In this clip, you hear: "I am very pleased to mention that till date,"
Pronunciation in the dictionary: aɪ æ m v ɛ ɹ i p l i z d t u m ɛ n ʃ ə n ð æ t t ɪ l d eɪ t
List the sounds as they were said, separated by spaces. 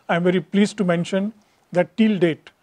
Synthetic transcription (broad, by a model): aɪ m v ɛ ɹ i p l i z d t u m ɛ n ʃ ə n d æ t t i l d eɪ t